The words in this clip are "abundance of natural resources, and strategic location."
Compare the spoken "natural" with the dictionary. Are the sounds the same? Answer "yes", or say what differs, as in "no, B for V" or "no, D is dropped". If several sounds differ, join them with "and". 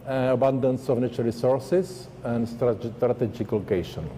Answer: no, R is dropped